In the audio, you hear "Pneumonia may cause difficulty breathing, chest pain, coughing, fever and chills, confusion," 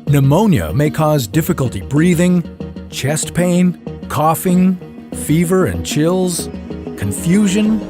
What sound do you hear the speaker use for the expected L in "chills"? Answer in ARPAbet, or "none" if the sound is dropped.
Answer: L